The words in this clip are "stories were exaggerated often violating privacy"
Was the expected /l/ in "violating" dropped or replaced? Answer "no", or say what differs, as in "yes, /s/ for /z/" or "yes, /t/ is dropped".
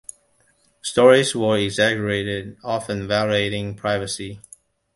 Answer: yes, /l/ is dropped